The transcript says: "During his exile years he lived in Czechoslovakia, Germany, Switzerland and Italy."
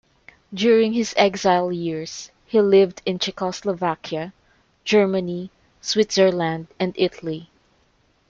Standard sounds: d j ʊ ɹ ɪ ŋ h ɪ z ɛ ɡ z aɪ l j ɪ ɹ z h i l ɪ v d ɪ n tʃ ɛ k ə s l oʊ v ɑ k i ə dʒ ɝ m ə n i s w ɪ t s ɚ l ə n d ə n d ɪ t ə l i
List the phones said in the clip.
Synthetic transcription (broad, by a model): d j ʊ ɹ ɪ ŋ h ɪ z ɛ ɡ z aɪ l j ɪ ɹ s h i l ɪ v d ɪ n tʃ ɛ k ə s l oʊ v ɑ k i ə dʒ ɝ m ə n i s w ɪ t s ɚ l ə n d ə n d ɪ t ə l i